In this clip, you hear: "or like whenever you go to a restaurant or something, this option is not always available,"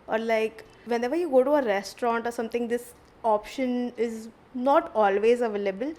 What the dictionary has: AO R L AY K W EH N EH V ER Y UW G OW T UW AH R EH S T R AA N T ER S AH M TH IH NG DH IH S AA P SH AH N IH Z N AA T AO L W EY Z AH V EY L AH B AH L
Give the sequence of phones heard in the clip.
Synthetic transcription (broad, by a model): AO R L AY K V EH N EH V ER Y UW G OW T UW AH R EH S T R AA N T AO S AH M T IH NG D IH S AA P SH AH N IH Z N AA T AO L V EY Z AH V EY L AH B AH L